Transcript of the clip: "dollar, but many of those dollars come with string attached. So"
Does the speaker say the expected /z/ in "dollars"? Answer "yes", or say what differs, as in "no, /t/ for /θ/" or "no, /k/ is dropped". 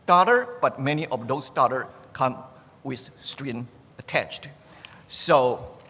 no, /z/ is dropped